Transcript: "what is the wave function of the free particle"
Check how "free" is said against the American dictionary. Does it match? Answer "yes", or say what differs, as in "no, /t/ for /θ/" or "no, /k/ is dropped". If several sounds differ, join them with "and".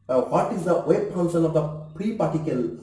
no, /p/ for /f/